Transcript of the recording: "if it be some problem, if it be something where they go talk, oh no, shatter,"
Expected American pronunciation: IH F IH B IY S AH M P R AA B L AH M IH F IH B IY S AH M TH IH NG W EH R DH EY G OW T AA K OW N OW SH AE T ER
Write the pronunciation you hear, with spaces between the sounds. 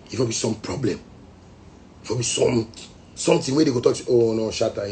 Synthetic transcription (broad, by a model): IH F IH B IY S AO M P R AA B L AH M IH F IH B IY S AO M T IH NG W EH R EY G OW T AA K OW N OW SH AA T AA